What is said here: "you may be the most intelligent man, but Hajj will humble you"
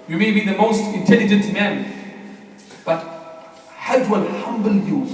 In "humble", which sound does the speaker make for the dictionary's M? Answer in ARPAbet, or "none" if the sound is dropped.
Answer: M